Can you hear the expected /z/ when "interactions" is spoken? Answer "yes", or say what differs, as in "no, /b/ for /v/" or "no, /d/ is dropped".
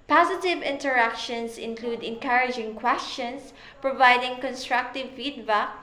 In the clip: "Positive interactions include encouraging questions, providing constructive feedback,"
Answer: no, /s/ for /z/